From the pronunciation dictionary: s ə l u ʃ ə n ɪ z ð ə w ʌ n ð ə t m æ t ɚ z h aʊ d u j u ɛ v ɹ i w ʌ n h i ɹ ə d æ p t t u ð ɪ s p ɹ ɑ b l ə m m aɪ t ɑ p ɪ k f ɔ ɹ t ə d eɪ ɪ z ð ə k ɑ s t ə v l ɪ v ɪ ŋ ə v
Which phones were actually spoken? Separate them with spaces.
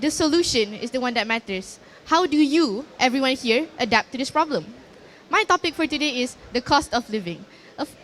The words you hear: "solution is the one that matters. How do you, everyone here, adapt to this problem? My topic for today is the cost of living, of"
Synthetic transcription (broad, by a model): s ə l u ʃ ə n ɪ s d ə w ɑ n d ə t m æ t ɚ s h aʊ d u j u ɛ v ɹ i w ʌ n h i ɹ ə d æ p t t u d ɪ s p ɹ ɑ b l ə m m aɪ t ɑ p ɪ k f ɔ ɹ t ə d eɪ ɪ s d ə k ɑ s t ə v l ɪ v ɪ ŋ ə